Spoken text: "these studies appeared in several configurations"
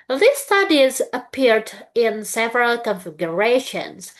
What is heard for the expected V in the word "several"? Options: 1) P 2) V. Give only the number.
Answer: 2